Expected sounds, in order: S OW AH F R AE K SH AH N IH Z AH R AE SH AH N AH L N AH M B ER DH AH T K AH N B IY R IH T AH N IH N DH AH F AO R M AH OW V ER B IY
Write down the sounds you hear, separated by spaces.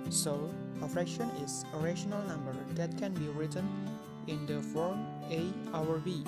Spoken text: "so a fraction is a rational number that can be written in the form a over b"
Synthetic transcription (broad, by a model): S OW AH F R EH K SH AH N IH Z AH R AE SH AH N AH L N AH M B ER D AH T K AH N B IY R IH T AH N IH N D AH F AO R M AH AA W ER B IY